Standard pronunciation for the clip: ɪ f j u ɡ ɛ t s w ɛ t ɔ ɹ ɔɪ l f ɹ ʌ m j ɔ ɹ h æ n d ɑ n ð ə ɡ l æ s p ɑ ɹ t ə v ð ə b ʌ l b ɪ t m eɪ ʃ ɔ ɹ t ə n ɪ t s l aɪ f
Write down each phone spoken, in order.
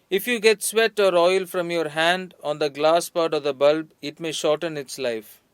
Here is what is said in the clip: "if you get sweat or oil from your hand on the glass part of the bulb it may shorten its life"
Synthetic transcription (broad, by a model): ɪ f j u ɡ ɛ t s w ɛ t ɔ ɹ ɔɪ l f ɹ ʌ m j ɔ ɹ h æ n d ɑ n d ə ɡ l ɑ s p ɑ ɹ t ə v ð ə b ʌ l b ɪ t m eɪ ʃ ɔ ɹ t ə n ɪ t s l aɪ f